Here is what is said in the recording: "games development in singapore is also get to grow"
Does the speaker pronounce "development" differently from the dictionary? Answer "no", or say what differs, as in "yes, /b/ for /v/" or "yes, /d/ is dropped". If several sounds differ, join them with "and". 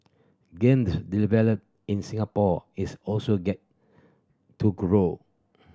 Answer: yes, /m/ is dropped